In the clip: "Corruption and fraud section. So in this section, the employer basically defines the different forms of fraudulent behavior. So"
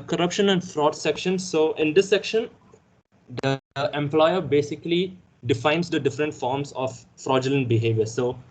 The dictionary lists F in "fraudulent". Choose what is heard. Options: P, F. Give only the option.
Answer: F